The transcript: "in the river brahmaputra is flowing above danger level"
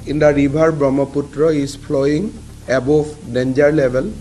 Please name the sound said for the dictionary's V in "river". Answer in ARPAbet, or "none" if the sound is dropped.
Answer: B